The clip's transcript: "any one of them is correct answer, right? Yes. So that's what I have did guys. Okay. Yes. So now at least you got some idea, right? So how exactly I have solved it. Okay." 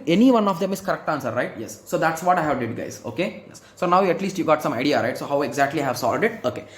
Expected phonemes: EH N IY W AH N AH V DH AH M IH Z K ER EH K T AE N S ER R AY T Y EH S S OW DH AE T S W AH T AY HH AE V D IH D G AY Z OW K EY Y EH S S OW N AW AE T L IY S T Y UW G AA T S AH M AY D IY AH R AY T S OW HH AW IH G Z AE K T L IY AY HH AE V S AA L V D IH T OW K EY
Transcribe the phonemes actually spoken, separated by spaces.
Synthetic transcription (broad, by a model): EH N IY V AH N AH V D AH M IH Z K ER EH K T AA N S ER R AY T Y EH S S OW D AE T S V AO T AY HH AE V D IH D G AY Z OW K EY Y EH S S OW N AW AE T L IY S T Y UW G AA T S AH M AY D IY AH R AY T S OW HH AW IH G Z AE K T L IY AY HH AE V S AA L D IH T OW K EY